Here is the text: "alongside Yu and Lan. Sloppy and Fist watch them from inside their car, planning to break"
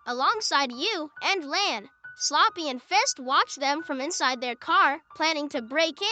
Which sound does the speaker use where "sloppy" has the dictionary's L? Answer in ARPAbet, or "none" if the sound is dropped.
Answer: L